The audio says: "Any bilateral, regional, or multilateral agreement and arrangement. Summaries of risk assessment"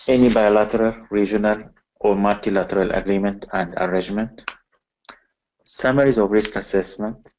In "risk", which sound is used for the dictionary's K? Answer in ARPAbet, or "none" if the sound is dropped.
K